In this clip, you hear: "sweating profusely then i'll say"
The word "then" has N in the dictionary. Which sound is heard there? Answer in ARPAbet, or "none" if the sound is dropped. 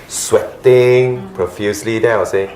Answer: none